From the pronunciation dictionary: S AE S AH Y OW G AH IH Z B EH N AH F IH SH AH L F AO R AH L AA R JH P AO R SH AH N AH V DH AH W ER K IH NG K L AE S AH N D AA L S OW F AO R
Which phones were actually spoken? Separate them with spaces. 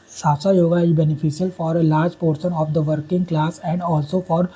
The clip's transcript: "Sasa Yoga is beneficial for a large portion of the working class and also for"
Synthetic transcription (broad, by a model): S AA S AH Y OW G AH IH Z B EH N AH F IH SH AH L F AO R AH L AA R JH P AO R S AH N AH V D AH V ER K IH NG K L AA S AH N D AA L S OW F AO R